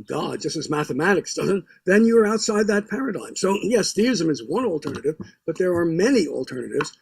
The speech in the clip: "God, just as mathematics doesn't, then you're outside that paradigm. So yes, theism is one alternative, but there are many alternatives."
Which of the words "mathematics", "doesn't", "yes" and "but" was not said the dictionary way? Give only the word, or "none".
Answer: none